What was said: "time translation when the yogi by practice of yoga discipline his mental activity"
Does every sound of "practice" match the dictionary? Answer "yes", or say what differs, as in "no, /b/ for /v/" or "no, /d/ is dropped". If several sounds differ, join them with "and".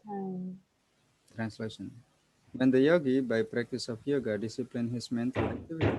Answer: yes